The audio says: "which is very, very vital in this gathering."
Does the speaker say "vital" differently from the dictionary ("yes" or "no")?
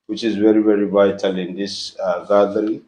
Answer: no